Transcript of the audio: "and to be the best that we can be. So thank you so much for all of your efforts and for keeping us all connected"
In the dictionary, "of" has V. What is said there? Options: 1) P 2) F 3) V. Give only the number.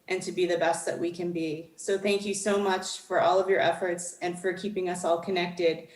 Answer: 3